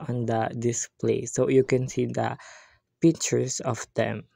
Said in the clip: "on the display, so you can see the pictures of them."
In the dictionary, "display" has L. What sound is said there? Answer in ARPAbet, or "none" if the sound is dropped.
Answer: L